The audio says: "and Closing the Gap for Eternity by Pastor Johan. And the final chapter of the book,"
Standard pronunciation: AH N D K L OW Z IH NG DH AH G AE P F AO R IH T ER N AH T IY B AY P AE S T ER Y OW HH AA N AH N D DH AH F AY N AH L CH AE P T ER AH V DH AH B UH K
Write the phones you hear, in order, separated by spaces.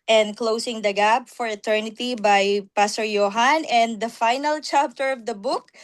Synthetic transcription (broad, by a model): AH N D K L OW S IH NG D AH G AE B F AO R IH T ER N AH T IY B AY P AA S T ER Y OW HH AA N AH N D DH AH F AY N AH L CH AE P T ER AH V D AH B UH K